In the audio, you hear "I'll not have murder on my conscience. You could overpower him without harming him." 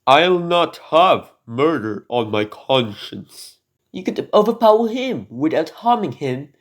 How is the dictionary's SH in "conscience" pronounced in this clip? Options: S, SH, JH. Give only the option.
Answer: SH